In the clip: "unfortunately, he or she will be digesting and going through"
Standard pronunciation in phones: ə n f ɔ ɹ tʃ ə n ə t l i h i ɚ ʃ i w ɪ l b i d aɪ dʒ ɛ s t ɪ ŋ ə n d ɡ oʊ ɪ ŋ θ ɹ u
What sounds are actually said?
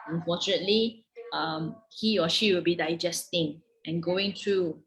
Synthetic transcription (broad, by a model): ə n f ɔ tʃ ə n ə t l i h i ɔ ʃ i w ɪ l b i d aɪ dʒ ɛ s t ɪ ŋ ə n ɡ oʊ ɪ ŋ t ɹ u